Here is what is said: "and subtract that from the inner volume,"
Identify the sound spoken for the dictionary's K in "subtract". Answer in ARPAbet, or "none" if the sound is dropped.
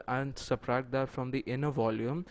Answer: none